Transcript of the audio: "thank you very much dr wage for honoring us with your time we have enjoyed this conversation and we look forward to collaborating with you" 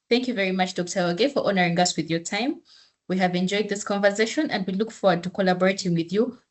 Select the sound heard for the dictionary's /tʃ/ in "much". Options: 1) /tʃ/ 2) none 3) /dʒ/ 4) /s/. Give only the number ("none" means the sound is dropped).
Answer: 1